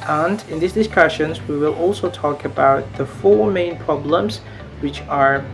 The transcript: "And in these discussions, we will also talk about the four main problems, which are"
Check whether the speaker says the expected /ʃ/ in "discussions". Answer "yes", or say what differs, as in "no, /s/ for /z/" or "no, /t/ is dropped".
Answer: yes